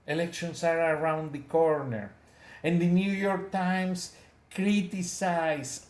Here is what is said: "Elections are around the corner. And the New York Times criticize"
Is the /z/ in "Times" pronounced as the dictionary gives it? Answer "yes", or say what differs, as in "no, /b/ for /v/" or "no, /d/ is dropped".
no, /s/ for /z/